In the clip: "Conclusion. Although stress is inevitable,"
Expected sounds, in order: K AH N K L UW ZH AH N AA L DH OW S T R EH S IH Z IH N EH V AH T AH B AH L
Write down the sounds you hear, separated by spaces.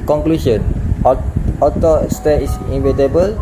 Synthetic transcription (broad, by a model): K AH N K L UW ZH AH N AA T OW S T EH IH S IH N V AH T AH B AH L